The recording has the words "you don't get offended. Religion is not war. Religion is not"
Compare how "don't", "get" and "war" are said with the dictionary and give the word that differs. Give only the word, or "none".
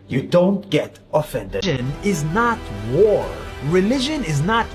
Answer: none